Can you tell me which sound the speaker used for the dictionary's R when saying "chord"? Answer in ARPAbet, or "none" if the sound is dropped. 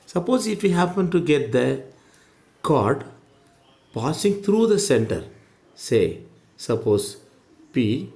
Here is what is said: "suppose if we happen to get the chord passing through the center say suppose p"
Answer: R